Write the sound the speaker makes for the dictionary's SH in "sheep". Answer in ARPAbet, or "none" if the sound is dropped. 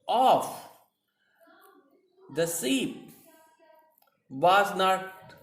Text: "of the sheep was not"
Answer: S